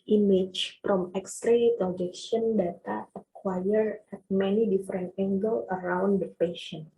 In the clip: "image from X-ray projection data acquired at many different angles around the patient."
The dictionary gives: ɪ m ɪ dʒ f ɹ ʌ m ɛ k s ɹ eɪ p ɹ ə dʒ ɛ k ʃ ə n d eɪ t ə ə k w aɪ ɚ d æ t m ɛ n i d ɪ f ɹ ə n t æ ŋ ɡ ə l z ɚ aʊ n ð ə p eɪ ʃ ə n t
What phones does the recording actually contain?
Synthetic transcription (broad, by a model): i m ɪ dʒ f ɹ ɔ m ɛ k s ɹ eɪ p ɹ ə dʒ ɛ k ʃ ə n d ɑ t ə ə k w aɪ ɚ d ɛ t m ɛ n i d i f ɹ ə n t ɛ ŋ ɡ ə l ɚ aʊ n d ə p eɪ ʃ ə n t